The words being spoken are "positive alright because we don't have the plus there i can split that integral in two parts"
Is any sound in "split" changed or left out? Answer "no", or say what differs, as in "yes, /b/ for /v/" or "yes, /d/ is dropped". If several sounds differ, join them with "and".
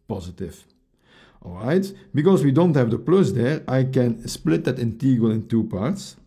no